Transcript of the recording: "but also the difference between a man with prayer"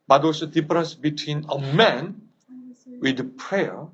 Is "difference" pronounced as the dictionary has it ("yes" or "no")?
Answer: no